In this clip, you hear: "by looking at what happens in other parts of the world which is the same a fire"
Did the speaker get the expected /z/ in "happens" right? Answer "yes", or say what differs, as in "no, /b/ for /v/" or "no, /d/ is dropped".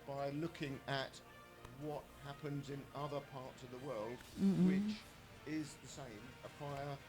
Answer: yes